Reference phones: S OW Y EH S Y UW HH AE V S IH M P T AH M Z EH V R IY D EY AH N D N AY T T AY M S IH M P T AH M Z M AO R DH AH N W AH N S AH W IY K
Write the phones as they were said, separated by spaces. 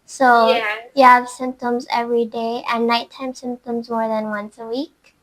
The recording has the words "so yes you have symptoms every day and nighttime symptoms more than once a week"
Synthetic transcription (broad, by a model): S OW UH Y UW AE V S IH M P T AH M Z EH V R IY D EY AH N N AY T T AY M S IH M P T AH M Z M AO R DH AH N W AH N S AH W IY K